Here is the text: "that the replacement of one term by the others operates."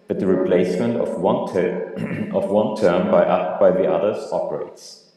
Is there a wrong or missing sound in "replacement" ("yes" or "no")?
no